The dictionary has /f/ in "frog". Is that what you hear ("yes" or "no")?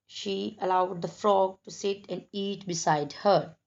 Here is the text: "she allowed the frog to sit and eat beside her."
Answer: yes